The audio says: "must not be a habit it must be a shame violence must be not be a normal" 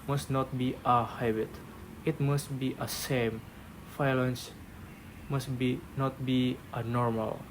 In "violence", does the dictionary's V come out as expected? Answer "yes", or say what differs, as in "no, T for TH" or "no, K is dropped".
no, F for V